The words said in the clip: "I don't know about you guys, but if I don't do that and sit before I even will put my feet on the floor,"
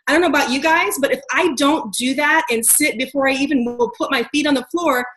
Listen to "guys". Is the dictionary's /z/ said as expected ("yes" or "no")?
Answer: yes